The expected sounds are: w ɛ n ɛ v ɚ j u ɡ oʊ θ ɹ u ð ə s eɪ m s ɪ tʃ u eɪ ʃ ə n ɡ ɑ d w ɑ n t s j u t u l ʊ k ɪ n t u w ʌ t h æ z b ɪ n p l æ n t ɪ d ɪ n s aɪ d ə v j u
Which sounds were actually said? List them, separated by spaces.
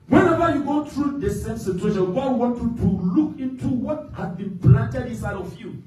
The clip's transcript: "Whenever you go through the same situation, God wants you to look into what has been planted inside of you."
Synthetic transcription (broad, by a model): w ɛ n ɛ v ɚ j u ɡ oʊ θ ɹ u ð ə s eɪ m s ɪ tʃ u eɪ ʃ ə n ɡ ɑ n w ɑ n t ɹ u t u l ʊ k ɪ n t u w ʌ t h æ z b ɪ n p l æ n t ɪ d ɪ s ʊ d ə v j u